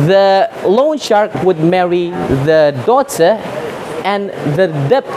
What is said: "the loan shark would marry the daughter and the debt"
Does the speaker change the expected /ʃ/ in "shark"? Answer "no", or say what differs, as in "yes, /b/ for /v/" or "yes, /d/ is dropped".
no